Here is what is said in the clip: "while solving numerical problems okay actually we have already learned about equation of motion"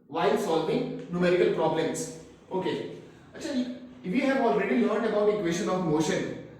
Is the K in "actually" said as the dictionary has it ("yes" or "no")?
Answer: no